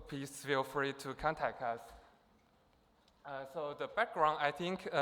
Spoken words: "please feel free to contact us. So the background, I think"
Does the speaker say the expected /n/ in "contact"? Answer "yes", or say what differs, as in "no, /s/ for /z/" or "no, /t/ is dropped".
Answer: yes